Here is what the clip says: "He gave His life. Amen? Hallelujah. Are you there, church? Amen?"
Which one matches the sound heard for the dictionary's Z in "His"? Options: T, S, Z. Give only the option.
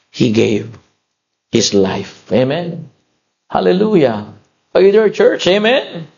S